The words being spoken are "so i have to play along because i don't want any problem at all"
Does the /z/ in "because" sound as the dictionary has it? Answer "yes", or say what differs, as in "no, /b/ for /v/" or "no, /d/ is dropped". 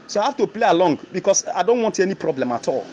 no, /s/ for /z/